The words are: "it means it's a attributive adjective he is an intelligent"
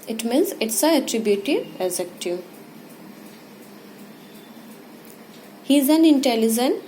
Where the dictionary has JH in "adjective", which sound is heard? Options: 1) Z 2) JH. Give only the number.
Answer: 1